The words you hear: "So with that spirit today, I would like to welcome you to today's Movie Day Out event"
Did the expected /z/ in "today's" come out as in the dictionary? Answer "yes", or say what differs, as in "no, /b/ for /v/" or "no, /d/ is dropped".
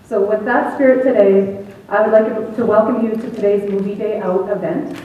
yes